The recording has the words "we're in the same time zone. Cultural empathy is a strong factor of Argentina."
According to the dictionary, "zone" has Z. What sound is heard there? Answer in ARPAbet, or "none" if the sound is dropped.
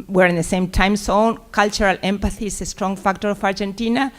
S